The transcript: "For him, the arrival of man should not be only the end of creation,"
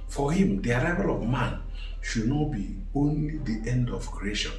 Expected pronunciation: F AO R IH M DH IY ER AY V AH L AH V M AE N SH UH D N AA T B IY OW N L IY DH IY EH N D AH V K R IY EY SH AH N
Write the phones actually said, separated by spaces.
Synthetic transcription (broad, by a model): F AO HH IH M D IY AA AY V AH L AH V M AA N SH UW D N AA T B IY OW N L IY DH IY EH N D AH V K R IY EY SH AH N